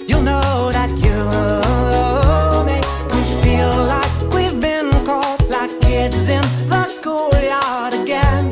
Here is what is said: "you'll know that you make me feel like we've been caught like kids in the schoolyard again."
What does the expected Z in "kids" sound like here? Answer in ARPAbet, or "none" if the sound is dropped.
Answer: Z